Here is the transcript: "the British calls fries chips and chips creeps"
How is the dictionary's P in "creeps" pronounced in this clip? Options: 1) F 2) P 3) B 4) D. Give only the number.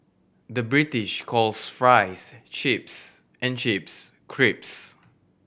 2